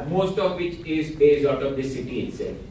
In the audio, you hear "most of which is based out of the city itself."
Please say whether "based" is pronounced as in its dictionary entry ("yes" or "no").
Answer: no